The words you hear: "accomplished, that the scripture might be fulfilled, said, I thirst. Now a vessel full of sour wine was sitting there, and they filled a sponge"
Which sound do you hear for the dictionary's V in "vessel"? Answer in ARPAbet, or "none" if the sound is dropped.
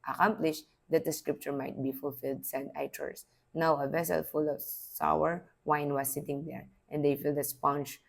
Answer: V